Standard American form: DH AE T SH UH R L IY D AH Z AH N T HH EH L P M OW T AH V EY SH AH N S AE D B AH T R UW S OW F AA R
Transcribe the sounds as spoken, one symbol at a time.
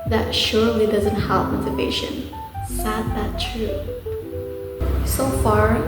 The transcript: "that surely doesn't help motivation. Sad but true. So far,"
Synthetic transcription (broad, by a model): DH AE T SH UH R L IY D AH Z AH N T HH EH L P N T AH P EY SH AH N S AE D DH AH T R UW S OW F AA R